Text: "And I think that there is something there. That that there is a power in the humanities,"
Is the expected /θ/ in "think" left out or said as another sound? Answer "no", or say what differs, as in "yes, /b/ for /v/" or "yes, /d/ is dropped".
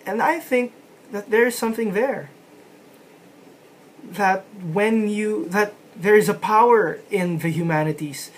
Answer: no